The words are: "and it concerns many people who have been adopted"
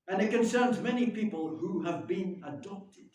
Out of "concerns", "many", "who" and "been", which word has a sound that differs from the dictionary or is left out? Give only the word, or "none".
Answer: none